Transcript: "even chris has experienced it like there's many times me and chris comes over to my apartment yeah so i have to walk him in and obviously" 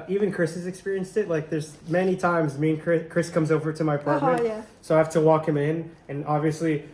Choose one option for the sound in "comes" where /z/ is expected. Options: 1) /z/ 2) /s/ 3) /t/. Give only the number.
1